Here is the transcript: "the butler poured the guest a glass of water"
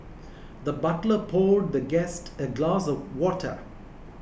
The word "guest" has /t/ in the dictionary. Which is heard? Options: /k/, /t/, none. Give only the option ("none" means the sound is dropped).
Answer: /t/